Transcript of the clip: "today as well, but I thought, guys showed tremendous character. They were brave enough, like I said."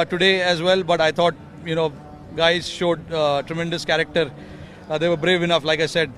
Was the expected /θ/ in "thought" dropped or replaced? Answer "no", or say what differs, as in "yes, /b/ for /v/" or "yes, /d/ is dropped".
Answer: yes, /t/ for /θ/